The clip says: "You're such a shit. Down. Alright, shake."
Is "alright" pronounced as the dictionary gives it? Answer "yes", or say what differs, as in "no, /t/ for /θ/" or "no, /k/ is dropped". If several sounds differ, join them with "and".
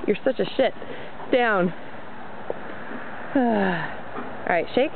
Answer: no, /l/ is dropped